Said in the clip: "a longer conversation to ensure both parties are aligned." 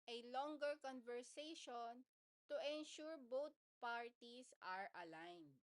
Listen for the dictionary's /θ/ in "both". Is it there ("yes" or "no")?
no